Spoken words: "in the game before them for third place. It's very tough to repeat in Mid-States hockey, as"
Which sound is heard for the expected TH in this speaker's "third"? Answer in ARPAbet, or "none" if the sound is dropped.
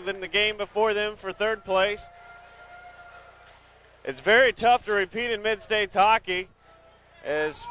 TH